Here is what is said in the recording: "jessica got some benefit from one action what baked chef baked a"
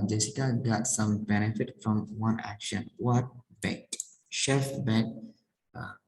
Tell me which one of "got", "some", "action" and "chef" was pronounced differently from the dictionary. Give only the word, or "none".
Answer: none